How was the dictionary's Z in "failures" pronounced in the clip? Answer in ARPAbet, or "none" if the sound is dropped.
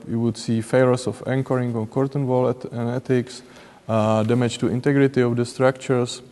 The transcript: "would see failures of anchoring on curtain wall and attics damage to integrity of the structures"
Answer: S